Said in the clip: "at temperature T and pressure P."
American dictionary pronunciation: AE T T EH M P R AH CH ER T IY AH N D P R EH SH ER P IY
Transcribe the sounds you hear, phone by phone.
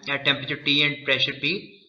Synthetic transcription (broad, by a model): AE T T EH M P R AH CH ER T IY AH N D P R EH SH ER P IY